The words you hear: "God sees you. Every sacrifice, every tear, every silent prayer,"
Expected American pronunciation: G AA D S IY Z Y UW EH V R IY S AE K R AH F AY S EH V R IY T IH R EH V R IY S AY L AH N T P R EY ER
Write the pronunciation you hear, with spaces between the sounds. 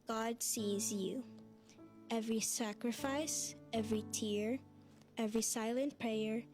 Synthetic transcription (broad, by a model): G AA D S IY Z Y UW EH V R IY S AE K R AH F AY S EH V R IY T IH R EH V R IY S AY L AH N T P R EY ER